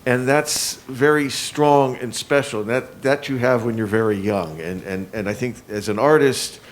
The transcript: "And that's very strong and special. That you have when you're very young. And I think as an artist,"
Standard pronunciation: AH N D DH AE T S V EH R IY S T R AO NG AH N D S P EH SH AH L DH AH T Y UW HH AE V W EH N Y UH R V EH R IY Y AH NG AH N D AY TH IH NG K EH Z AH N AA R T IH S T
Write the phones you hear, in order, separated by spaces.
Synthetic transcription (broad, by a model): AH N DH AE T S V EH R IY S T R AO NG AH N S P EH SH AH N DH AH T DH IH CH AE V W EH N Y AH R V EH R IY Y AH NG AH N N AY TH IH NG K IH Z AH N AA R T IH S T